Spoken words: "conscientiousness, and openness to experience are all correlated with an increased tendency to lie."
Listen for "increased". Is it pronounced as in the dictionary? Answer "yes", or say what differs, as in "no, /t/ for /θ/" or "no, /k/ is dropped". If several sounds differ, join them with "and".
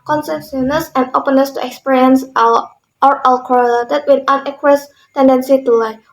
no, /n/ is dropped and /ɹ/ is dropped